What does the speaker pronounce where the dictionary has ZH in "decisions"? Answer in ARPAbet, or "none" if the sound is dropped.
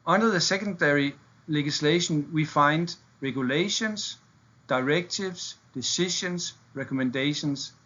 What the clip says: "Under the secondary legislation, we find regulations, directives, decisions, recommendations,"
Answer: SH